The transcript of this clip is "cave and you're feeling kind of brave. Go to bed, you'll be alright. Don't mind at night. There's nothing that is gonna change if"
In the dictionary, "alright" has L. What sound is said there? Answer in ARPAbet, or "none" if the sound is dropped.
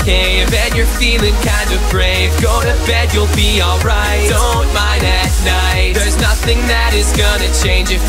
L